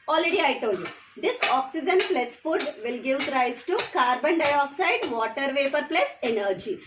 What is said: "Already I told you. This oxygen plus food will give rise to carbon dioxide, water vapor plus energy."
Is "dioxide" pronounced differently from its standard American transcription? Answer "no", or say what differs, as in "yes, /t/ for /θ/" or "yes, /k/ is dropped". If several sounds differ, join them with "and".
no